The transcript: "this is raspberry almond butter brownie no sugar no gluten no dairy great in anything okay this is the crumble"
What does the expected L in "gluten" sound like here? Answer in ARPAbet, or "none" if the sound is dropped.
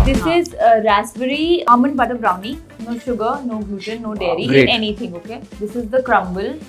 none